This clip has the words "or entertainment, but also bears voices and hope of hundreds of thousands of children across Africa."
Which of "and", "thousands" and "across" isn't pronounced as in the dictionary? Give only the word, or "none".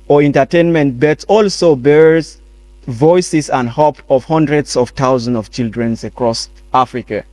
thousands